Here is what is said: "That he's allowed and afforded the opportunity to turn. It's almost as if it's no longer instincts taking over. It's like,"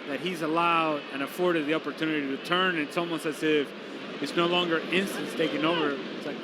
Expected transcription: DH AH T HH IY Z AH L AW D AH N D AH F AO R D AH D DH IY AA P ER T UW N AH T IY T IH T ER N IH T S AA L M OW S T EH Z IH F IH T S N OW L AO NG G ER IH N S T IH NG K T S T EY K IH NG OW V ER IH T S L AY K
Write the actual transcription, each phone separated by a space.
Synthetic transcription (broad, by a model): DH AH T HH IY Z AH L AW D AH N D AH F AO R D AH D DH IY AA P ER T UW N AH T IY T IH T ER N IH T S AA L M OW S EH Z IH F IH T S N OW L AO NG G ER IH N S T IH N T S T EY K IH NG OW V ER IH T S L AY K